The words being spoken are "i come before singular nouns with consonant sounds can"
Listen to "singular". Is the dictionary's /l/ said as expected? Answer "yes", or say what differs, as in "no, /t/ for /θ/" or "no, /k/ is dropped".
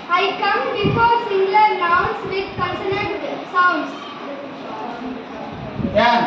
no, /n/ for /l/